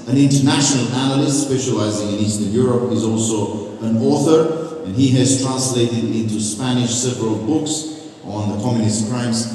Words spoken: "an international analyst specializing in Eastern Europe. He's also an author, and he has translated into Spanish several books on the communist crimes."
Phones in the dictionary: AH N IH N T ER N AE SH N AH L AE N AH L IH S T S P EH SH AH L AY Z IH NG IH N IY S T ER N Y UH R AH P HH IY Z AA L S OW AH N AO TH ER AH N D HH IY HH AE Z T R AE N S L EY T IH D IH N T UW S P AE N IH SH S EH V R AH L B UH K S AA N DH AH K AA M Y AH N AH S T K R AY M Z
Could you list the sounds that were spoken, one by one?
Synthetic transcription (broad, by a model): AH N IH N T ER N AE SH N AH L AE N AH L IH S T S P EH SH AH L AY Z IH NG IH N IY S T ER N Y UH R AH P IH Z AA L S OW AH N AO TH ER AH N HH IY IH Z T R AE N S L EY T IH D IH N T UW S P AE N IH SH S EH V R AH L B UH K S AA N DH AH K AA M Y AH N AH S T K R AY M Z